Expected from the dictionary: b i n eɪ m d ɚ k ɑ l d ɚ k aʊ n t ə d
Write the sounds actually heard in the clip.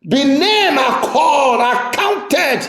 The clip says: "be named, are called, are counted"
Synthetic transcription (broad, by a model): b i n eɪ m ɑ k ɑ d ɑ k aʊ n t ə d